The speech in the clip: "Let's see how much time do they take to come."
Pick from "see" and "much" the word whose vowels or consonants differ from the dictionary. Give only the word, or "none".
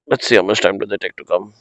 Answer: much